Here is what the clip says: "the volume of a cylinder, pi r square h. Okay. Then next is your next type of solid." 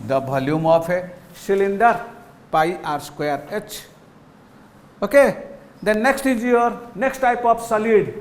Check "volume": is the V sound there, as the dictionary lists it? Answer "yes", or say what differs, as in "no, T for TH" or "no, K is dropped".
no, B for V